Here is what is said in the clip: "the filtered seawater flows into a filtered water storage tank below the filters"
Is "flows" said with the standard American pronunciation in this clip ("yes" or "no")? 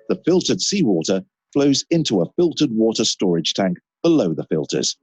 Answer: yes